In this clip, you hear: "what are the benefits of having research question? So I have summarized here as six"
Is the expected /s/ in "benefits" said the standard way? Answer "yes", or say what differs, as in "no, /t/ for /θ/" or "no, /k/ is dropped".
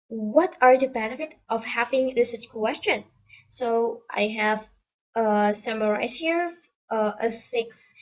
no, /s/ is dropped